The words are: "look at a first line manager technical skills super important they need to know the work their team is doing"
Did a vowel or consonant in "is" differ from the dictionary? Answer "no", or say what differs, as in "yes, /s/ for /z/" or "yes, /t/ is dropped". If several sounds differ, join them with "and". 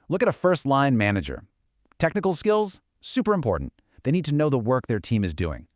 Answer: no